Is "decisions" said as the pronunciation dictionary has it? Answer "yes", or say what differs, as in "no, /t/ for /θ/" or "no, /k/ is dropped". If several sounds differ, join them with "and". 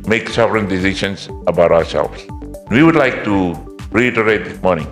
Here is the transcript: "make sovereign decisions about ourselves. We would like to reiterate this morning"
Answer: no, /ʃ/ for /ʒ/